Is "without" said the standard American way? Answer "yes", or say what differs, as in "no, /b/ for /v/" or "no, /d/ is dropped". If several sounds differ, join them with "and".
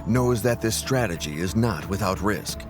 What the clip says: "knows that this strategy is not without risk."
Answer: yes